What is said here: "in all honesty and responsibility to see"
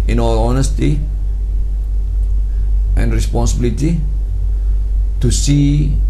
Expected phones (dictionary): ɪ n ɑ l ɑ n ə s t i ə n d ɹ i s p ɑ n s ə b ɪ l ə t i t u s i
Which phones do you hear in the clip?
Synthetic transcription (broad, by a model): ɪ n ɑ w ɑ n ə s t i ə n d ɹ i s p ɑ n s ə b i l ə t i t u s i